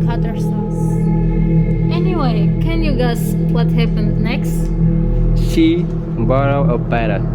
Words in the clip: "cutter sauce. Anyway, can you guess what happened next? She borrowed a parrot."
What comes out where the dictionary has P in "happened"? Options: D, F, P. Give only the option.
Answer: F